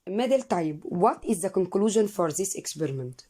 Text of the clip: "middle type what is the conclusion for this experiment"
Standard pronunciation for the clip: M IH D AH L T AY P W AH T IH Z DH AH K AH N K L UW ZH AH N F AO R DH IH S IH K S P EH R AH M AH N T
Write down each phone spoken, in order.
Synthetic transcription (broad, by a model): M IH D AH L T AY B W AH T IH Z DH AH K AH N K L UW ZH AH N F AO R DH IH S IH K S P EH R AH M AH N T